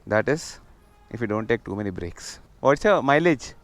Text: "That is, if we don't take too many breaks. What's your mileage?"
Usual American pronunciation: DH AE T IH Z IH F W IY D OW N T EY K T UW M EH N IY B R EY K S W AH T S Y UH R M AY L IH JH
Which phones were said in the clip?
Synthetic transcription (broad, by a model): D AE T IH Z IH F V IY D OW N T EY K T UW M EH N IY B R EY K S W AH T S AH M AY L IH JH